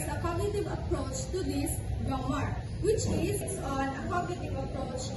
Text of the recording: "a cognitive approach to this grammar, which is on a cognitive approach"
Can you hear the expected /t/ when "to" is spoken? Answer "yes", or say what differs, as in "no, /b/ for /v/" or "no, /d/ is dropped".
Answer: yes